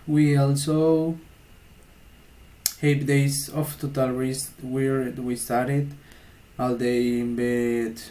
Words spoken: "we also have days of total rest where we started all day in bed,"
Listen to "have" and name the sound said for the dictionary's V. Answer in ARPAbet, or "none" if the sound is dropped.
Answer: P